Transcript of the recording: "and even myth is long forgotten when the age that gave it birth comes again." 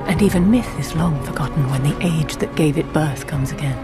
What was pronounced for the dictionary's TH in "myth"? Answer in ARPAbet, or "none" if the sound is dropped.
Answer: TH